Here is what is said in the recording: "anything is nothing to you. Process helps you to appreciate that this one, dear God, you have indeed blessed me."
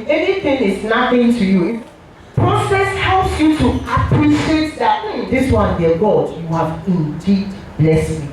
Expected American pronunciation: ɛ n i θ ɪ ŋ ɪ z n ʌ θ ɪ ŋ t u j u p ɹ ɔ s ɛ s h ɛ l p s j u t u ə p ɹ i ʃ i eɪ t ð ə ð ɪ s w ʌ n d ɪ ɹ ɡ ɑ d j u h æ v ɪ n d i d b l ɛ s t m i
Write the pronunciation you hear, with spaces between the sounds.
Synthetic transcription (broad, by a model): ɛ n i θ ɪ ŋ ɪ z n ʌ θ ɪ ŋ t u j u p ɹ ɔ s ɛ s h ɛ l p s j u t u ə p ɹ i ʃ i eɪ t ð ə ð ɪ s w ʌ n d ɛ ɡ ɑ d j u h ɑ v ɪ n d i d b l ɛ s t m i